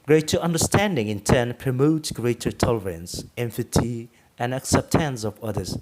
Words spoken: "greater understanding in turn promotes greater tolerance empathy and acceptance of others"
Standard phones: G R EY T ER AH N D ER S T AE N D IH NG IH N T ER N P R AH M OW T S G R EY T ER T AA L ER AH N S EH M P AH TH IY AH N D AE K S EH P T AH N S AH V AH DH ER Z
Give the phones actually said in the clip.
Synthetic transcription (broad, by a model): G R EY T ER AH N D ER S T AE N D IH NG IH N T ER N P R AH M OW T S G R EY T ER T AA L ER AH N S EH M F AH T IY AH N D AE K S EH P T AH N S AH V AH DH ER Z